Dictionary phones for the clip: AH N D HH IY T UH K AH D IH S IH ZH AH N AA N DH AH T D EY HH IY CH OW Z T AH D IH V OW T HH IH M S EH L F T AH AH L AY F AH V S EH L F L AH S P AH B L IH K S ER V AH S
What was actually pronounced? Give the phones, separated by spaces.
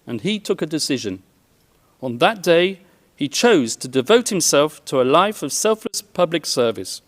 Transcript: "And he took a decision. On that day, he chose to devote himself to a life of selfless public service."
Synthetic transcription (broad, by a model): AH N IY T UH K AH D IH S IH ZH AH N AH N DH AH T D EY IY CH OW Z T AH D IH V OW T HH IH M S EH L F T AH AH L AY F AH V S EH L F L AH S P AH B L IH K S ER V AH S